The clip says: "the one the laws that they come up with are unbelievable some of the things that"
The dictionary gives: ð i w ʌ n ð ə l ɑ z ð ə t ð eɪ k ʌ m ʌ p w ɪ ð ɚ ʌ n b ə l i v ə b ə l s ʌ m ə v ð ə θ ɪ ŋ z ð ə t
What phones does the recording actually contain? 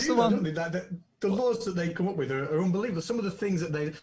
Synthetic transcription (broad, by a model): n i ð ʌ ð ð ə l ɑ z ð ə t ð eɪ k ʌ m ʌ p w ɪ ð ɚ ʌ n b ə l i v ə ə s ʌ m ə v ð ə θ ɪ ŋ z ð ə t